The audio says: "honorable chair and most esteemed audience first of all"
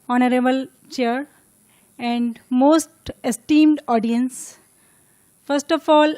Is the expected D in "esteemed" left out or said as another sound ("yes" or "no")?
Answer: no